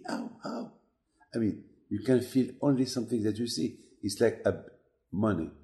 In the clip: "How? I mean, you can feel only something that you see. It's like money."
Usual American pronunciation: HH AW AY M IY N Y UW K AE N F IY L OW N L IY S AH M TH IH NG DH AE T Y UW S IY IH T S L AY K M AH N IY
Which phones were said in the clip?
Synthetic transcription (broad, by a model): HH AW AY M IY N Y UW K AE N F IY L OW N L IY S AH M TH IH NG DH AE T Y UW S IY IH T S L AY K M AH N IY